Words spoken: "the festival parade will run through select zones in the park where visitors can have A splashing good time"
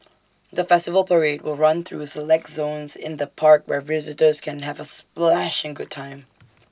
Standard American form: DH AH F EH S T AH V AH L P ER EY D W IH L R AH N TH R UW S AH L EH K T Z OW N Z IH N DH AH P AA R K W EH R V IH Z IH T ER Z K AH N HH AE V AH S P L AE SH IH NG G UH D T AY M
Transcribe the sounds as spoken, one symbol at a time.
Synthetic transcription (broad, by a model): DH AH F EH S T AH V AH L P ER EY D W IH L R AH N TH R UW S AH L EH K T Z OW N Z IH N DH AH P AA R K W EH R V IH Z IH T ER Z K AH N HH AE V AH S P L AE SH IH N G UH D T AY M